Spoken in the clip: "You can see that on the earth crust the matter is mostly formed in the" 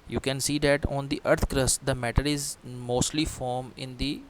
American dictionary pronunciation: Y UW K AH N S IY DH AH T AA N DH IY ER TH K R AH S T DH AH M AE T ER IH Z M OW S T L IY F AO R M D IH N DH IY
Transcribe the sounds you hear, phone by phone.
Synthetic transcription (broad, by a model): Y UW K AH N S IY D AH T AA N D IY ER T K R AH S T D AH M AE T ER IH Z M OW S T L IY F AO R M IH N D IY